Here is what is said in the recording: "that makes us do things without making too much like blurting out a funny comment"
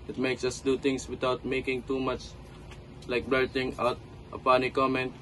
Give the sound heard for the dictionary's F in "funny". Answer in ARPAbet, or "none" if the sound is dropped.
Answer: P